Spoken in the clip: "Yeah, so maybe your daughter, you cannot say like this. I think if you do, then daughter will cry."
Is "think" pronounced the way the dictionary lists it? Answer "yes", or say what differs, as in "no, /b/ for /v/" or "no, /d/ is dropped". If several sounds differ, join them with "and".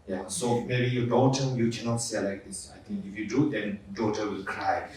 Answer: no, /t/ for /θ/